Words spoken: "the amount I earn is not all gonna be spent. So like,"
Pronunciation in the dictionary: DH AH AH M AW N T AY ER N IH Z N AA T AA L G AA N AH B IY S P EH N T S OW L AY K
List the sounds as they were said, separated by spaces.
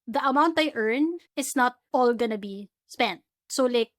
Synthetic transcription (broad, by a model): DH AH AH M AW N T AY ER N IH S N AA T AA L G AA N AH B IY S P EH N T S OW L AY K